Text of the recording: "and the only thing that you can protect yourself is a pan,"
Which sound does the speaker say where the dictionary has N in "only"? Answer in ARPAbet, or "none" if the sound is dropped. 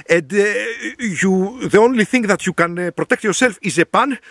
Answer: N